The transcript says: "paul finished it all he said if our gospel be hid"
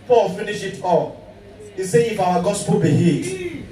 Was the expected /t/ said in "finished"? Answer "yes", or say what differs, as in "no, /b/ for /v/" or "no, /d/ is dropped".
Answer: no, /t/ is dropped